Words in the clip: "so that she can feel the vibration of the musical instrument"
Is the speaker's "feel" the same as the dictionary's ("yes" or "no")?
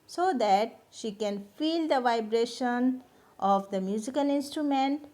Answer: yes